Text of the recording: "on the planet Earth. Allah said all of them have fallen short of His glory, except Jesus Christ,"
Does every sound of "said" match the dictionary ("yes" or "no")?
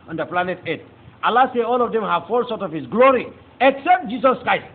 no